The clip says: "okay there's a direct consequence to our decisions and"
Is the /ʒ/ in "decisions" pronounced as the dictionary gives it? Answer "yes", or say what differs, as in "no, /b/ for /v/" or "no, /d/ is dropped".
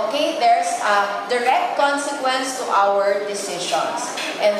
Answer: no, /ʃ/ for /ʒ/